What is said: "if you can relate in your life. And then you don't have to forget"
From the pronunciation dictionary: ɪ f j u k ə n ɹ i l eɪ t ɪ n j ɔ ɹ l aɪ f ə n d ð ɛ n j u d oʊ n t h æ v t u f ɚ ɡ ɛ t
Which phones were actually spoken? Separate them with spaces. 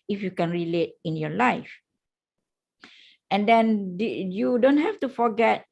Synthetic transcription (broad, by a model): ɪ f j u k ə n ɹ i l eɪ t ɪ n j ɔ l aɪ f ə n d ɛ n j u d oʊ n t h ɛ f t u f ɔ ɡ ɛ t